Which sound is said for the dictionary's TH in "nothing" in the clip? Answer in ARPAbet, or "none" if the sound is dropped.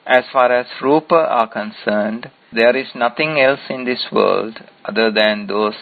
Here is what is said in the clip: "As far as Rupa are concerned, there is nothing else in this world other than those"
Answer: T